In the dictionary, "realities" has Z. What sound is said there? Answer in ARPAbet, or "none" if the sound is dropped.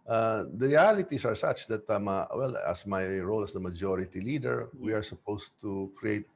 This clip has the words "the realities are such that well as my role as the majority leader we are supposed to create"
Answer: S